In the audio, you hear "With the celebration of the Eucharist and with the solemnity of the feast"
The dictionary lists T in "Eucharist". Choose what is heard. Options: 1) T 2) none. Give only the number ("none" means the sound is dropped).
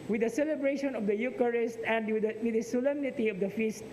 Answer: 1